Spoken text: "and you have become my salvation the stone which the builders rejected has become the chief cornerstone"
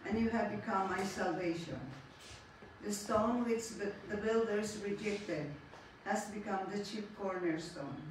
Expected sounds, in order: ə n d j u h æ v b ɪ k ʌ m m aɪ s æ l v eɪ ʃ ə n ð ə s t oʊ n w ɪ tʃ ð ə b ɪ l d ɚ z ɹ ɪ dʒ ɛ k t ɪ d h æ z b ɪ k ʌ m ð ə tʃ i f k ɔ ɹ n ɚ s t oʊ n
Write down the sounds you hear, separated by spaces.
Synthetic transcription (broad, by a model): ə n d j u h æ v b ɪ k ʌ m m aɪ s æ l v eɪ ʃ ə n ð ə s t oʊ n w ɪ tʃ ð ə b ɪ l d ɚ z ɹ ɪ dʒ ɛ k t ɪ d h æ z b ɪ k ʌ m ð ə tʃ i p k ɔ ɹ n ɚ s t oʊ n